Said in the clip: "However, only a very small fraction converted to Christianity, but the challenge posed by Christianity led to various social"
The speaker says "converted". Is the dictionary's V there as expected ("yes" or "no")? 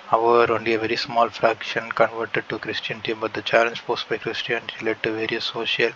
yes